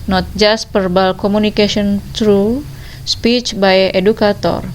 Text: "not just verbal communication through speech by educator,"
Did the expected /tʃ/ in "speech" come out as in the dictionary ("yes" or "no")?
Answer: yes